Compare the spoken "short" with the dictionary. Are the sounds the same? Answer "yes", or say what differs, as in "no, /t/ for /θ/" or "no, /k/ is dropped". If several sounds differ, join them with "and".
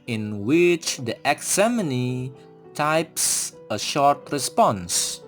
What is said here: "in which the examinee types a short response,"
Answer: yes